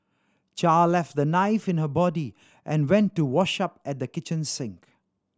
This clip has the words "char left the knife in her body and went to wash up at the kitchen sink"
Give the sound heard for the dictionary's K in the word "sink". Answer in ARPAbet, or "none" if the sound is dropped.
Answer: K